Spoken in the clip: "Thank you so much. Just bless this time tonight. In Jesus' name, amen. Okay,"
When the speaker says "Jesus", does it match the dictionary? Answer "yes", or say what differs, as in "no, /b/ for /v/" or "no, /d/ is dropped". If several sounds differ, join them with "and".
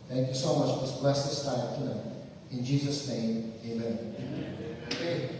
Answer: yes